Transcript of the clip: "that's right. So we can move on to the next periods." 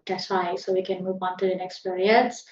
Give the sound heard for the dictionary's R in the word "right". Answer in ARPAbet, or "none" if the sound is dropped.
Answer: W